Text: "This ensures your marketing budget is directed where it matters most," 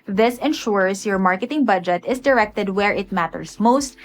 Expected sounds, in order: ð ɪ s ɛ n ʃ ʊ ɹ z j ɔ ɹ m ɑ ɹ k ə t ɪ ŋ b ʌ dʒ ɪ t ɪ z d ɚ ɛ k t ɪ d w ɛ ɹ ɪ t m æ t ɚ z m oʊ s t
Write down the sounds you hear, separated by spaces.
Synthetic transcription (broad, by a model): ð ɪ s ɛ n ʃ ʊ ɹ s j ɔ ɹ m ɑ ɹ k ə t ɪ ŋ b ʌ dʒ ɪ t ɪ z d ɚ ɛ k t ɪ d w ɛ ɹ ɪ t m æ t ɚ s m oʊ s t